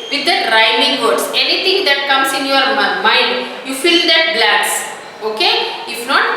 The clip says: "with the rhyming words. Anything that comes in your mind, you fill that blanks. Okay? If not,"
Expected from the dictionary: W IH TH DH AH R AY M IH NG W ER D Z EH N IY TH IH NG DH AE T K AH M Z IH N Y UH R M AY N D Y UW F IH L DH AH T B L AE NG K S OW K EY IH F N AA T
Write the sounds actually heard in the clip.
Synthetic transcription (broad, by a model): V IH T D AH R AY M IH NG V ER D S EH N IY T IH NG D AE T K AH M S IH N Y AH R M AY N D Y UW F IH L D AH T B L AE K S OW K EY IH F N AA T